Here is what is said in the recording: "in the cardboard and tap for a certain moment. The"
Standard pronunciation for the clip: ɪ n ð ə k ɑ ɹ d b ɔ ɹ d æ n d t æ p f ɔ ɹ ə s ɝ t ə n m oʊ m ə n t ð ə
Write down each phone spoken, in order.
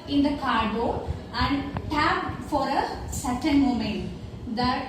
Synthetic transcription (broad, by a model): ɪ n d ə k ɑ ɹ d ɔ æ n d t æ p f ɔ ɹ ə s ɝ t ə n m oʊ m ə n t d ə